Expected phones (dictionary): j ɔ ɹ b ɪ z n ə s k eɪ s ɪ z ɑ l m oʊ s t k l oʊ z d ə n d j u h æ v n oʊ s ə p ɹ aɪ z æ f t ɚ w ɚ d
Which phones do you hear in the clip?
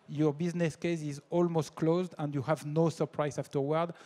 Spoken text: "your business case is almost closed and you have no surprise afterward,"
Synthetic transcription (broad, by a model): j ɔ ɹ b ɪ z n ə s k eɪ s ɪ z ɑ l m oʊ s t k l oʊ z d ə n d j u h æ v n oʊ s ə p ɹ aɪ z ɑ f t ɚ w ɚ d